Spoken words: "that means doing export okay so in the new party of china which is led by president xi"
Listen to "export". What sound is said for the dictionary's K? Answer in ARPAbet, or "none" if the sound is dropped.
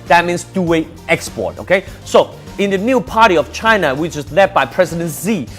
K